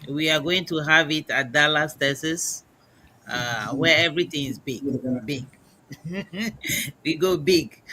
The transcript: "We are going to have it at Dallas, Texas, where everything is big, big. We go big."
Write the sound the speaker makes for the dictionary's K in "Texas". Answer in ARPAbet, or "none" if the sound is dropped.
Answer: none